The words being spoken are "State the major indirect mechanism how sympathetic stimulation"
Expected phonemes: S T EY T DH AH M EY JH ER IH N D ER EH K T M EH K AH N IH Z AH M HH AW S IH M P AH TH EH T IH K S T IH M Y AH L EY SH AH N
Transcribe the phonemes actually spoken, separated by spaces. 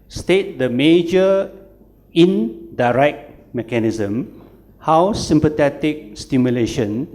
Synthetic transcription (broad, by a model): S T EY T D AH M EY JH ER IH N D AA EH K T M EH K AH N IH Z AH M HH AW S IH M P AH T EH T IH K S T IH M Y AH L EY SH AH N